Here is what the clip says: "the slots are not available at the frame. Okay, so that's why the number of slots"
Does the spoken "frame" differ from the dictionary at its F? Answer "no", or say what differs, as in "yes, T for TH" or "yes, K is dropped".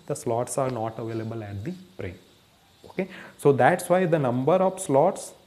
yes, P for F